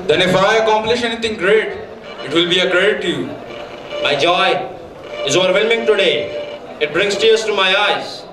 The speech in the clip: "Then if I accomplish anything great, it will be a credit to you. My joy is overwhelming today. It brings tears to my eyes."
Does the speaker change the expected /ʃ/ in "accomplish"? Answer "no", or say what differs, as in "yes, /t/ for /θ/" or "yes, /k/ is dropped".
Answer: no